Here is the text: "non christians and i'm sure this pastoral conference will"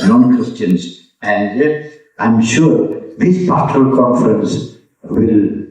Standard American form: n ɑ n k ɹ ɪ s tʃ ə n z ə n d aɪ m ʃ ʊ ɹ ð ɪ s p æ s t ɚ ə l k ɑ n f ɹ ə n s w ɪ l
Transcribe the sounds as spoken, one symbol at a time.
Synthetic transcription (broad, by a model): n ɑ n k w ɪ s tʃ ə n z ə n d aɪ m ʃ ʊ ɹ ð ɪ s p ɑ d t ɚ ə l k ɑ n f ɹ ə n s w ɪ l